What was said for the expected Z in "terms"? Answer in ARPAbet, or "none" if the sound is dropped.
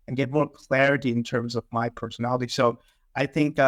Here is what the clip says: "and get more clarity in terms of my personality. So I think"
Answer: Z